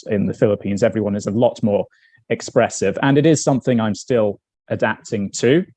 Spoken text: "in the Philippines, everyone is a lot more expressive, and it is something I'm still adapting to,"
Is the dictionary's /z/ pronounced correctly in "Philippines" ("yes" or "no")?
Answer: yes